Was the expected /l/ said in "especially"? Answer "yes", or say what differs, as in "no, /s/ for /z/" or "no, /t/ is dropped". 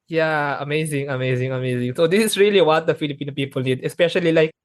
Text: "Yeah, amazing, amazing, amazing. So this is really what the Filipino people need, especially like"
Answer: yes